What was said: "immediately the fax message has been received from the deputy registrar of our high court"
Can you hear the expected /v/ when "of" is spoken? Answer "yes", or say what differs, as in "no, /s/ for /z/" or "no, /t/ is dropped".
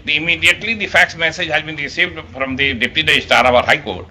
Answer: no, /p/ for /v/